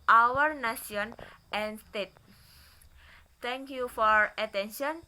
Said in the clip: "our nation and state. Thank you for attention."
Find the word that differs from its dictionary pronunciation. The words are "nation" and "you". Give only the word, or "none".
nation